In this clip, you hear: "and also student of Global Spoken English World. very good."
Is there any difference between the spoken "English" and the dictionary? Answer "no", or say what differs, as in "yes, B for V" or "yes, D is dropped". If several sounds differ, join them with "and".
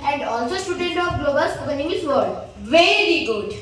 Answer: yes, L is dropped